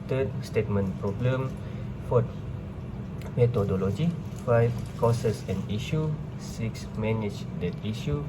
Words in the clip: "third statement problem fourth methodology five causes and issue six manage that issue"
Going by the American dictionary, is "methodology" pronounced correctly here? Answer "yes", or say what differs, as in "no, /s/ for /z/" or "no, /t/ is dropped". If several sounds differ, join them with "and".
no, /t/ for /θ/